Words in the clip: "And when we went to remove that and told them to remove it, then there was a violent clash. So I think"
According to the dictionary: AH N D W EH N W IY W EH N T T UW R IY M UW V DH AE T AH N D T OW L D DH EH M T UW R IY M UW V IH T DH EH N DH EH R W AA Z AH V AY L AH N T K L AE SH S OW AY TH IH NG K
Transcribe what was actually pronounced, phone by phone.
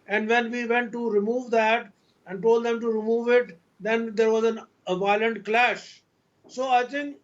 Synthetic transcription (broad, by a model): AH N D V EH N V IY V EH N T T UW R IY M UW V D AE T AH N D T OW L D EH M T UW R IY M UW V IH T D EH N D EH R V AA Z AH V AY L AH N T K L AE SH S OW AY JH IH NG